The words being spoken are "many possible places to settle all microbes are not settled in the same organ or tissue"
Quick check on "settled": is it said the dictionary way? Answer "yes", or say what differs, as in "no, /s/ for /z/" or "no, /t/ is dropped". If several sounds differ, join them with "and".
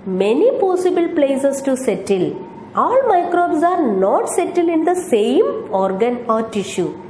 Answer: no, /d/ is dropped